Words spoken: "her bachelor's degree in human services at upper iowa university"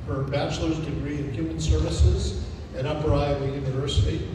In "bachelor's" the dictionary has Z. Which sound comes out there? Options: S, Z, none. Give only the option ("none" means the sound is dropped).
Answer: Z